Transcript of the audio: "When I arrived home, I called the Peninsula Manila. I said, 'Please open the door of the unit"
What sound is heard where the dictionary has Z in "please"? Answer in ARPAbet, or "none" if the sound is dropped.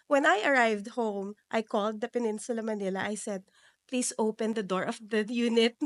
S